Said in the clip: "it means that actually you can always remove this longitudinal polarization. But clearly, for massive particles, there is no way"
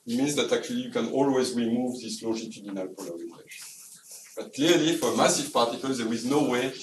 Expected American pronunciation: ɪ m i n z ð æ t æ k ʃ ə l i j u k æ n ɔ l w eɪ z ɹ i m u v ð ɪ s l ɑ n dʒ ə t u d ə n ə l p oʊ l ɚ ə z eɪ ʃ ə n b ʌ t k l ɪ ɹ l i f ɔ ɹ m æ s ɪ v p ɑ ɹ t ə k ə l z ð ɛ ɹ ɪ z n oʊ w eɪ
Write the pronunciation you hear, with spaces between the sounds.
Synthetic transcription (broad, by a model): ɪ m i n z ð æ t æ k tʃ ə l i j u k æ n ɔ l w eɪ z ɹ i m u v ð ɪ s l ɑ dʒ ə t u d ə n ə l p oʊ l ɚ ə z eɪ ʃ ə n b ʌ t k l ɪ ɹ l i f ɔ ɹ m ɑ s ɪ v p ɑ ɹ t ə k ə l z ð ɛ ɹ ɪ z n oʊ w eɪ